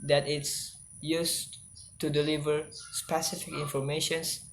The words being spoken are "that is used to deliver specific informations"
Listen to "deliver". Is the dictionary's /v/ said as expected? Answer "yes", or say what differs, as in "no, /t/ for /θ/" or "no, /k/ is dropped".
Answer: yes